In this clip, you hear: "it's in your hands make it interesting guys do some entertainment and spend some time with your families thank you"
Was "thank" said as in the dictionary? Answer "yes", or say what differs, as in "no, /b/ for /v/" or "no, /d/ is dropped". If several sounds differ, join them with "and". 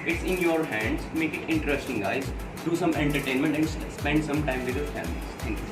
no, /t/ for /θ/